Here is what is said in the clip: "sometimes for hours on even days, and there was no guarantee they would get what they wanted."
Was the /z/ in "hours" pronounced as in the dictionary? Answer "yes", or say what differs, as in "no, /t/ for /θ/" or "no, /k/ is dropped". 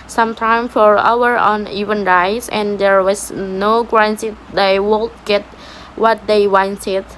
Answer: no, /z/ is dropped